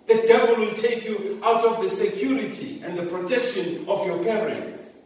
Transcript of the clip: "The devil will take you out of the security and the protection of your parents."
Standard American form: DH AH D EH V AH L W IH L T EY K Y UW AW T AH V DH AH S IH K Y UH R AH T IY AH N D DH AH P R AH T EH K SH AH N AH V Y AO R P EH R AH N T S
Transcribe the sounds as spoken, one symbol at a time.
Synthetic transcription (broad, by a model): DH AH D EH V AH L W IH L T EY K Y UW AW T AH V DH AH S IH K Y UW R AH T IY AH N D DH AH P R AH T EH K SH AH N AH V Y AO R P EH R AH N T S